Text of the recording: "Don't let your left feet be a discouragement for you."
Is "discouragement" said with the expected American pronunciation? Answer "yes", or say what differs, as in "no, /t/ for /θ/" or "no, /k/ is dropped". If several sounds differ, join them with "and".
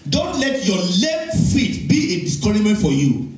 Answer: no, /dʒ/ is dropped